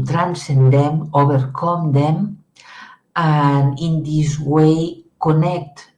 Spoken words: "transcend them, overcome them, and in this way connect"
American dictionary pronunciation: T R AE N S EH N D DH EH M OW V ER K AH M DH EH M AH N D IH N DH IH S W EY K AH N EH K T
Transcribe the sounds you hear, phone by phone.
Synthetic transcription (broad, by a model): T R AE N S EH N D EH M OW B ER K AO M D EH M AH N IH N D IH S W EY K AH N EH K T